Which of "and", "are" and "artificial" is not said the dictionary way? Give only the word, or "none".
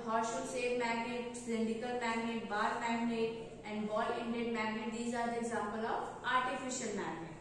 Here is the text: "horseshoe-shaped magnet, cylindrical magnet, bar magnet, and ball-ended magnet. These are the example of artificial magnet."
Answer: none